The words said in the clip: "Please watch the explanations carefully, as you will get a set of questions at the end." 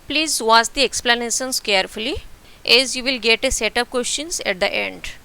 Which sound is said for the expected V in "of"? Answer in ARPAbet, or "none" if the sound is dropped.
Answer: P